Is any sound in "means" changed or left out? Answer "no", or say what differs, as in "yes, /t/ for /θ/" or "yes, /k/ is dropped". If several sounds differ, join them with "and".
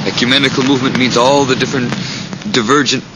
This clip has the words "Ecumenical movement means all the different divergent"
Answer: no